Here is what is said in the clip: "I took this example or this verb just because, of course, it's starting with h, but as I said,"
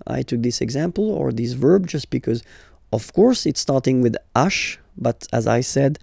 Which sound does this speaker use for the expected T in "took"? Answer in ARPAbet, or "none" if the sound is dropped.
T